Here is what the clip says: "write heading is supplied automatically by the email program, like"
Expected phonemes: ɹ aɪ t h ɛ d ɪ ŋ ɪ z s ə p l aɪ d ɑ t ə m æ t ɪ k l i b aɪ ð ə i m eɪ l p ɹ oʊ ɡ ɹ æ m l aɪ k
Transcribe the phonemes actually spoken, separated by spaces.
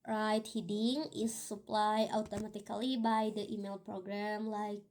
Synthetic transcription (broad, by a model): ɹ aɪ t h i d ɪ ŋ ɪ s ə p l aɪ d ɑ t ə m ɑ t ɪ k l i b aɪ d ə i m eɪ l p ɹ oʊ ɡ ɹ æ m l aɪ k